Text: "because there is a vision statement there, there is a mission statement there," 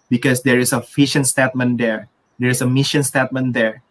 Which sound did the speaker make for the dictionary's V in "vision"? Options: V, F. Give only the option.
F